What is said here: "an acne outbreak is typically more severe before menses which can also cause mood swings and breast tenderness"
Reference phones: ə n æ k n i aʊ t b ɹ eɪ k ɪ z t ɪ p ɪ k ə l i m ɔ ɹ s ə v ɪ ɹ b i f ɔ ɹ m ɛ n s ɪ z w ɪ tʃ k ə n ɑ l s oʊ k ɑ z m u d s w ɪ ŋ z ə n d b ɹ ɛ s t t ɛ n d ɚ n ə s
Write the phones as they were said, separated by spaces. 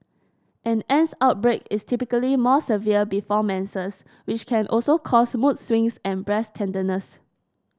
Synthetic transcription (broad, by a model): ə n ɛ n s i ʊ t b ɹ eɪ k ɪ s t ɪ p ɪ k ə l i m ɔ s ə v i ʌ b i f ɔ m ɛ n s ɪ s w ɪ tʃ k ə n ɑ l s oʊ k ɑ s m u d s w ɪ ŋ s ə n b ɹ ɛ s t t ɛ n d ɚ n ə s